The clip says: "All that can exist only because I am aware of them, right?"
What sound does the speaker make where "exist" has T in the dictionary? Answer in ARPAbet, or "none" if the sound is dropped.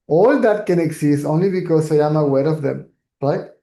none